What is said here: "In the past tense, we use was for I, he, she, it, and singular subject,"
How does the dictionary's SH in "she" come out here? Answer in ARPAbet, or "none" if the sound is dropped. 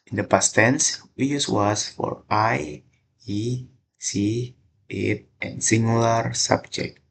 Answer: S